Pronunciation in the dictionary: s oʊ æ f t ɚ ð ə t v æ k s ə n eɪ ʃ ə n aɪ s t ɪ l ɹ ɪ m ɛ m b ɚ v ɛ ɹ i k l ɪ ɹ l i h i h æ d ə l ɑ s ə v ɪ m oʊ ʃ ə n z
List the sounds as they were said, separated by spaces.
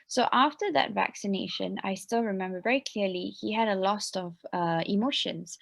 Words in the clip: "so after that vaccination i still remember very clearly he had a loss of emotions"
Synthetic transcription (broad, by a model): s oʊ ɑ f t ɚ ð ə t v æ k s ə n eɪ ʃ ə n aɪ s t ɪ l ɹ ɪ m ɛ m b ɚ v ɛ ɹ i k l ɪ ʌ l i h i h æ d ə l ɑ s ə v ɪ m oʊ ʃ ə n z